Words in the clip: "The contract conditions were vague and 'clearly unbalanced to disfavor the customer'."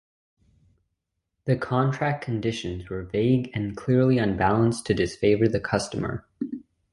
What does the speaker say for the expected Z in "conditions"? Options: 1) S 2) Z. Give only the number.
2